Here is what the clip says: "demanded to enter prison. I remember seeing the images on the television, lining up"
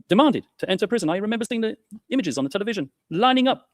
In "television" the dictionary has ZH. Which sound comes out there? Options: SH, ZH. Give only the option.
ZH